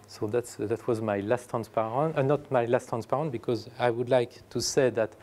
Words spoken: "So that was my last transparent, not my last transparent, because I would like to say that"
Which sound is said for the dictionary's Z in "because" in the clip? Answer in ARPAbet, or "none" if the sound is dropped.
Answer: Z